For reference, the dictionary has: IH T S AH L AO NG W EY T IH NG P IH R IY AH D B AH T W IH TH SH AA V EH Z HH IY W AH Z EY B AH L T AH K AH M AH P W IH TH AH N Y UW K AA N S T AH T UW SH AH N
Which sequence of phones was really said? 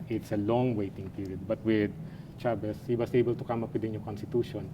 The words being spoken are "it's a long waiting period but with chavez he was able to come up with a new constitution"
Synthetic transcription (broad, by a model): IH T S AH L AO NG W EY T IH NG P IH R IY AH D B AH T W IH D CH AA B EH S HH IY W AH S EY B AH L T AH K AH M AH P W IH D AH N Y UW K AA N S T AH T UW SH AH N